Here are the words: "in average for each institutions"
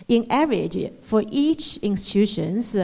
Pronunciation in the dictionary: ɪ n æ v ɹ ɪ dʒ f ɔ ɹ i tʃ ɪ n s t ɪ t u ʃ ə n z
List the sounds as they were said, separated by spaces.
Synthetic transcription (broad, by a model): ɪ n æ ɹ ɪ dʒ f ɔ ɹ i tʃ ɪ n s t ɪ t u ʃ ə n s